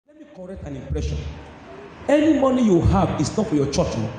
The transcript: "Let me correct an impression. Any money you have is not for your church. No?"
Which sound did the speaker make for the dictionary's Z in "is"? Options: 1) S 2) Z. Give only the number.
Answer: 1